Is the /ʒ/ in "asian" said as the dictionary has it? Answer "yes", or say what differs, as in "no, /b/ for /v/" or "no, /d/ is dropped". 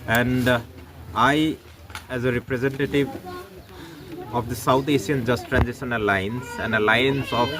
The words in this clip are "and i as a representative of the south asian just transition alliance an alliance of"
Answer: no, /s/ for /ʒ/